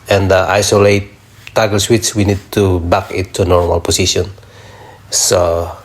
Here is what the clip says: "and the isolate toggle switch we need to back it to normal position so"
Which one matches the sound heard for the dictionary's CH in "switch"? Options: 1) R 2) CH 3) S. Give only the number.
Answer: 3